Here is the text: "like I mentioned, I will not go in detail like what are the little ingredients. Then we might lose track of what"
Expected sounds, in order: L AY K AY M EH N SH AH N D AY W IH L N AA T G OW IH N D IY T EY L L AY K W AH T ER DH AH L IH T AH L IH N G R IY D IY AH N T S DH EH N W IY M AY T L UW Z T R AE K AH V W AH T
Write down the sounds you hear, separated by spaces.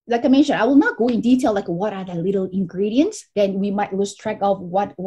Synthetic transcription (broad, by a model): L AY K AY M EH N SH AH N AY W IH L N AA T G OW IH N D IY T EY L L AY K W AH T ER DH AH L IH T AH L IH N G R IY D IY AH N T S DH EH N W IY M AY T L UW S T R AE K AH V W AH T